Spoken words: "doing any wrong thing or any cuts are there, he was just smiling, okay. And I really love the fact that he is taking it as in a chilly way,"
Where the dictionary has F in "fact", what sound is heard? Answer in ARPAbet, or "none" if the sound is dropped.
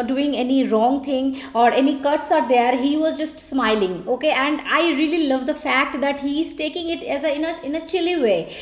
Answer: F